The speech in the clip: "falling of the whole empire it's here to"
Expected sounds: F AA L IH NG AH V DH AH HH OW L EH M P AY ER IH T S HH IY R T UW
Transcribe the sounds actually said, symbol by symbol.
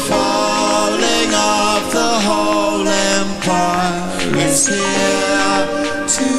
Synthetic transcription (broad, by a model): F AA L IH NG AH P DH AH HH OW L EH M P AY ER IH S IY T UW